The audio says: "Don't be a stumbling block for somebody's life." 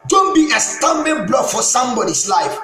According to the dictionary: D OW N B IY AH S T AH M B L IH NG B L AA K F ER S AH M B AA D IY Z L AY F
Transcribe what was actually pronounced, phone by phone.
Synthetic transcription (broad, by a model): D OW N B IY AH S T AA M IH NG B L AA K F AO S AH M B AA D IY S L AY F